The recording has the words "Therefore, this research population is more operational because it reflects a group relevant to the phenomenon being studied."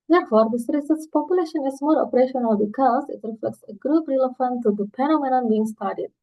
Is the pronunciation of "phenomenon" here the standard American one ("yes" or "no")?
no